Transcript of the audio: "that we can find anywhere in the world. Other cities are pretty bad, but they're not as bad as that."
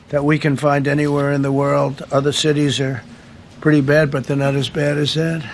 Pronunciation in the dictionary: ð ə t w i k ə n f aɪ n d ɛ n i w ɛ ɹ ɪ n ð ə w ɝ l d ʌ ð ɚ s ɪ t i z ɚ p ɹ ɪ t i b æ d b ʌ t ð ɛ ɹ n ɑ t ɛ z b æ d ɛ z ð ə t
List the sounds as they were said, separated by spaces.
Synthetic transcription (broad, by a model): ð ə t w i k ə n f aɪ n d ɛ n i w ɛ ɹ ɪ n ð ə w ɝ l d ʌ ð ɚ s ɪ t i z ɚ p ɹ ɪ t i b æ d b ʌ t ð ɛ ɹ n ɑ t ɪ z b æ d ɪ z ð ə t